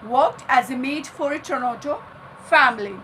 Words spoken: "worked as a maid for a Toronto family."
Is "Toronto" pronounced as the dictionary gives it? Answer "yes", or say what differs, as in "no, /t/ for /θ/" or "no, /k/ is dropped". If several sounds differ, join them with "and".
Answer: no, /n/ is dropped